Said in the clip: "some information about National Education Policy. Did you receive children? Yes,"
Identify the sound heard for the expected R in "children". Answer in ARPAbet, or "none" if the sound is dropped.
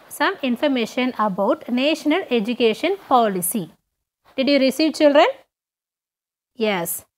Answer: R